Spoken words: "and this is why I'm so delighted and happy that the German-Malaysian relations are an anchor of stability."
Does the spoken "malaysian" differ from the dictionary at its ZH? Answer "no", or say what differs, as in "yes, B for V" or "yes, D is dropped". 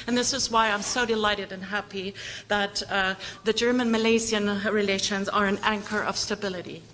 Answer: yes, Z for ZH